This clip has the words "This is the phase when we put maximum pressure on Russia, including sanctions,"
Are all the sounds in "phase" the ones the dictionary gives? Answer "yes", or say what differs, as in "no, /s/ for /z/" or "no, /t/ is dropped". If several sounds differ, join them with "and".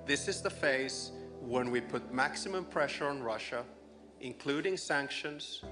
yes